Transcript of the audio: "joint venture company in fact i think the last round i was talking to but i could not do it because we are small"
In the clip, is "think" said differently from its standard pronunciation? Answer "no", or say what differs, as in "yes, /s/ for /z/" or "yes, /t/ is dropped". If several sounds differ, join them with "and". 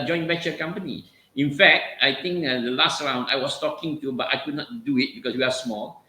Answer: yes, /t/ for /θ/